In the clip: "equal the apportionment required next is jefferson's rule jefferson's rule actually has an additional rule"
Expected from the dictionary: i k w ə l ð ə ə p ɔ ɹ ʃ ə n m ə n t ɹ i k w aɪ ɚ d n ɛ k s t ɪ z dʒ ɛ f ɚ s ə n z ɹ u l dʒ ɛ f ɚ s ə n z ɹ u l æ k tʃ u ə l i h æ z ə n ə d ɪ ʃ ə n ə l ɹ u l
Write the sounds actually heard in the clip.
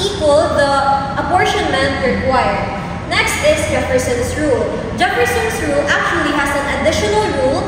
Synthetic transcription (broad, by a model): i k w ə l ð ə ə b ɔ ɹ ʃ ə n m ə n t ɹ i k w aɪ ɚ n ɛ k s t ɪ s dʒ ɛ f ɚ s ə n s ɹ u l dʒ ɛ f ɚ s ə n s ɹ u l æ k tʃ u ə l i h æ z ə n ə d ɪ ʃ ə n ə l ɹ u l